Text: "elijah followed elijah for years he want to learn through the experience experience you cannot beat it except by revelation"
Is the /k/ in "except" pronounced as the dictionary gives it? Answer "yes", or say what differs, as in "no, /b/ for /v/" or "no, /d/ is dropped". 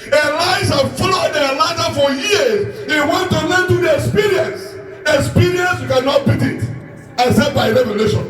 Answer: no, /k/ is dropped